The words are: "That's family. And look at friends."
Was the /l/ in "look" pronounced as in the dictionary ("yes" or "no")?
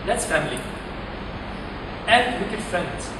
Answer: no